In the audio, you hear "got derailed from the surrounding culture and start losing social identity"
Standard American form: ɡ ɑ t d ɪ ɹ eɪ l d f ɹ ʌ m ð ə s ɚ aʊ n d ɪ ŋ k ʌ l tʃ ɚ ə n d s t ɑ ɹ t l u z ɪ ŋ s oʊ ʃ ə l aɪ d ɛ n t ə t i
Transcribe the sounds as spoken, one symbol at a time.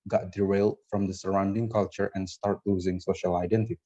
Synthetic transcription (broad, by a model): ɡ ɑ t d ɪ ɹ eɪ l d f ɹ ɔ m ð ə s ɚ aʊ n d ɪ ŋ k ʌ l tʃ ɚ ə n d s t ɑ ɹ t l u z ɪ ŋ s oʊ ʃ ə l aɪ d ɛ n t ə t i